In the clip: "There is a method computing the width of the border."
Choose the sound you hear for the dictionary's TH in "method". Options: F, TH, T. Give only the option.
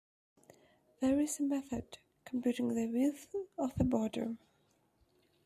TH